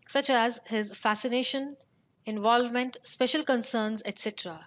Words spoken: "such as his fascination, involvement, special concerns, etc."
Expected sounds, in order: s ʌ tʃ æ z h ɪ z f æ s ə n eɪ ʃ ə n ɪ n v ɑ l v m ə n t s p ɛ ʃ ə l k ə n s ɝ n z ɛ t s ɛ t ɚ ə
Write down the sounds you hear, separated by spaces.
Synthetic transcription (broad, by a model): s ʌ tʃ æ z h ɪ z f æ s ə n eɪ ʃ ə n ɪ n v ɑ l v m ə n t s p ɛ ʃ ə l k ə n s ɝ n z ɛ t s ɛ t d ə